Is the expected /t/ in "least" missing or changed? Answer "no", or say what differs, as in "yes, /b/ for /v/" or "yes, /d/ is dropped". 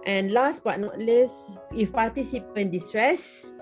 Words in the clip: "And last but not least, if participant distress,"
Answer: yes, /t/ is dropped